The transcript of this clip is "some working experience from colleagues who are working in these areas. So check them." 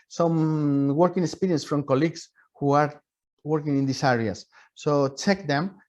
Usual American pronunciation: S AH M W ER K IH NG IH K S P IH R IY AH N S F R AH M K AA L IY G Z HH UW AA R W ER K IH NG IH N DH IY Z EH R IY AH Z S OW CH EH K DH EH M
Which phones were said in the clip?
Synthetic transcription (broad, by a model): S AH M W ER K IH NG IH K S P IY R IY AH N S F R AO M K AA L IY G S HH UW AA R W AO K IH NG IH N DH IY S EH R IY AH S OW CH EH K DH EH M